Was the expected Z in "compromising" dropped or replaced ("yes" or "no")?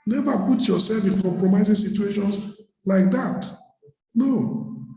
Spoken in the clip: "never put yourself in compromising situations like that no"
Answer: no